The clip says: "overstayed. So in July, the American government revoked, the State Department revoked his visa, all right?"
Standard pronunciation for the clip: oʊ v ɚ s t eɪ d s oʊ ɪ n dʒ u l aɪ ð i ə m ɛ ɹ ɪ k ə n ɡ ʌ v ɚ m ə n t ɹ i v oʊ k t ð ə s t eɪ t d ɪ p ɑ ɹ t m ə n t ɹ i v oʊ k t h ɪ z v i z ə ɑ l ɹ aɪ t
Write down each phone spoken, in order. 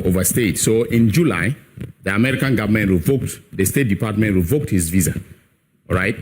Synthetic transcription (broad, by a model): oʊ v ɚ s t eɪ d s oʊ ɪ n dʒ u l aɪ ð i ə m ɛ ɹ ɪ k ə n ɡ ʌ v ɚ m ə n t ɹ i v oʊ k t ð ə s t eɪ t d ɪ p ɑ t m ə n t ɹ i v oʊ k t h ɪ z v i z ə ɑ ɹ aɪ t